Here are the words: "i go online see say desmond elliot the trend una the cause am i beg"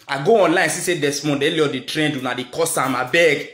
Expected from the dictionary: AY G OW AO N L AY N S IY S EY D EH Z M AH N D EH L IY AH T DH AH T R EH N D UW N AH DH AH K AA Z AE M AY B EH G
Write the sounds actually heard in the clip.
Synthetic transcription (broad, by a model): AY G OW AO N L AY N S IY S EY D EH S M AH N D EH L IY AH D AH T R EH N D UW N AH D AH K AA S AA M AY B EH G